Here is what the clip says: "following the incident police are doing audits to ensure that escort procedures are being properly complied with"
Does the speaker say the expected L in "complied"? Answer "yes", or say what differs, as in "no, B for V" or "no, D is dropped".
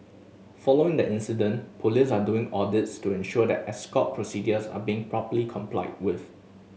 yes